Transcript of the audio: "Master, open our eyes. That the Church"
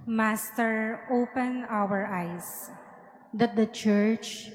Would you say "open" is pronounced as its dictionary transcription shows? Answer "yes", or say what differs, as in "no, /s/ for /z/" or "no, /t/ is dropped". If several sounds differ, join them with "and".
yes